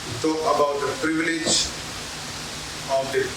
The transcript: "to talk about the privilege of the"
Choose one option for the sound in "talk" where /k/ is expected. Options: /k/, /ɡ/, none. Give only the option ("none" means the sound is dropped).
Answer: none